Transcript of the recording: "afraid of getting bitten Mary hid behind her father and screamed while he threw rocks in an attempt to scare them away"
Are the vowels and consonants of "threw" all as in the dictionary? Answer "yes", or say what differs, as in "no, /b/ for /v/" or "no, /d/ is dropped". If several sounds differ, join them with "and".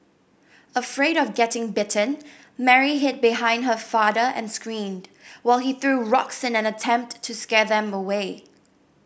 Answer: yes